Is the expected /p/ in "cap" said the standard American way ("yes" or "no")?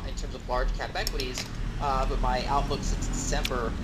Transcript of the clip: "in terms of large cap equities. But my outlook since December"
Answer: no